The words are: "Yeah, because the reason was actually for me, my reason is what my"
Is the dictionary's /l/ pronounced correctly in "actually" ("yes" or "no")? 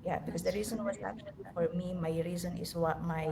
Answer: no